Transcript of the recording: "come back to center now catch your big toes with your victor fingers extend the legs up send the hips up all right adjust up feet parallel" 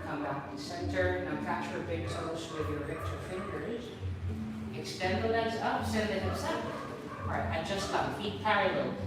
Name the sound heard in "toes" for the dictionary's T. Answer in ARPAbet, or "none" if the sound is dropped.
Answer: S